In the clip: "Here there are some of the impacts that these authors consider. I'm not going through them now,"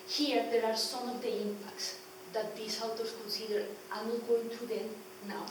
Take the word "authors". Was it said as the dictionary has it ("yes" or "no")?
no